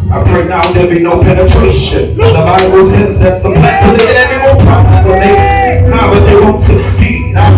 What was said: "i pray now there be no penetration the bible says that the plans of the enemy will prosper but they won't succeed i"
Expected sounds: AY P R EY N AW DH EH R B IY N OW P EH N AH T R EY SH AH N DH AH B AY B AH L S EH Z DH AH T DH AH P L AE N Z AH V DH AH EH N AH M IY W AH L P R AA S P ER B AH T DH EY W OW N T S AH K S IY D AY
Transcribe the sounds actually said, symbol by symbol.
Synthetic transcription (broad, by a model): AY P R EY N AW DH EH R B IY N OW P EH N AH T R EY SH AH N DH AH B AY B AH L S EH Z DH AH T DH AH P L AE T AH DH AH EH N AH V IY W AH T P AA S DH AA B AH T DH EY W OW N T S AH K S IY AY